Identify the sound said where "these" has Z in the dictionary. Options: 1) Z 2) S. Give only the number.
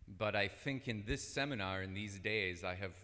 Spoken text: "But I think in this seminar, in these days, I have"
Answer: 1